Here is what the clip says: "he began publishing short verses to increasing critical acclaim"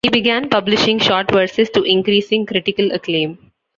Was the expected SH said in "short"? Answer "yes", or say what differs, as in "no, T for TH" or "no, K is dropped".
yes